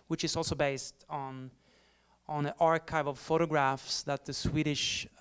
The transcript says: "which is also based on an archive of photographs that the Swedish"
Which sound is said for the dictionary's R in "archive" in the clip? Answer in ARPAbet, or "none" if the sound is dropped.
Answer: R